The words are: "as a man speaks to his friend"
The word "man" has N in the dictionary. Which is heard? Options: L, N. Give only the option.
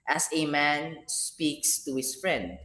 N